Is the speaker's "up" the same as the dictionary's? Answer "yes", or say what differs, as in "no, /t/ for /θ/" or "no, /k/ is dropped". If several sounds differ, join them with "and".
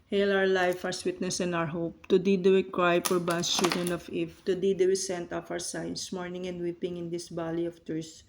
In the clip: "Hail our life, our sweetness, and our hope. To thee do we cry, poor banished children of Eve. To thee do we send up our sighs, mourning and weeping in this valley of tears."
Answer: no, /f/ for /p/